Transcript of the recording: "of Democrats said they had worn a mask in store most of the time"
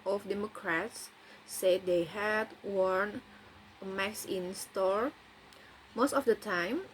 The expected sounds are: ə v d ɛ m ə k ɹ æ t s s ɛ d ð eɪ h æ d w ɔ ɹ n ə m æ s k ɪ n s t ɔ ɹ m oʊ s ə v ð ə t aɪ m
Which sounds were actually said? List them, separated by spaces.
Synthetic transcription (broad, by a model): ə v d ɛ m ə k ɹ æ t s s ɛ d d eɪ h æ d w ɔ ɹ n ə m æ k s ɪ n s t ɔ ɹ m oʊ s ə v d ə t aɪ m